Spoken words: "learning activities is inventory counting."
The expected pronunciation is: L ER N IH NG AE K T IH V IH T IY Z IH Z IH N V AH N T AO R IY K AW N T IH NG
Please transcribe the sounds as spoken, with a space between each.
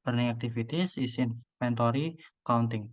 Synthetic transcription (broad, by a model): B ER N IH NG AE K T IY F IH T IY S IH S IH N P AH N T AO R IY K AW N T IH NG